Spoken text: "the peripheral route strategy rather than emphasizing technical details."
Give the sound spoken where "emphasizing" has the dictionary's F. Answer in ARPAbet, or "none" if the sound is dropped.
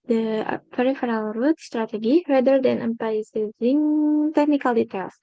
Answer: P